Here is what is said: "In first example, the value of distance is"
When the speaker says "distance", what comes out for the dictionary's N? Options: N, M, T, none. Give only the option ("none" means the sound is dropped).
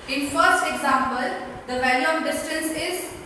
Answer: N